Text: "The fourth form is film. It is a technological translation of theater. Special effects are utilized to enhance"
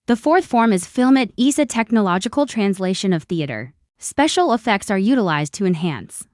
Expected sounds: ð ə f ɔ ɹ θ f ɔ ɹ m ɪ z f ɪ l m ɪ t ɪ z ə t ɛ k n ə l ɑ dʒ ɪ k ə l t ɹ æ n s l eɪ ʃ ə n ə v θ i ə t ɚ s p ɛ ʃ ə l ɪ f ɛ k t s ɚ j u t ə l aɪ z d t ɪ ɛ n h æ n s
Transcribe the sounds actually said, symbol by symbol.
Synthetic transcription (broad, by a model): ð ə f ɔ ɹ θ f ɔ ɹ m ɪ z f ɪ l m ɪ t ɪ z ə t ɛ k n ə l ɑ dʒ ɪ k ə l t ɹ æ n s l eɪ ʃ ə n ə v θ i ə t ɚ s p ɛ ʃ l ɪ f ɛ k t s ɚ j u t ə l aɪ z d t ɪ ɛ n h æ n s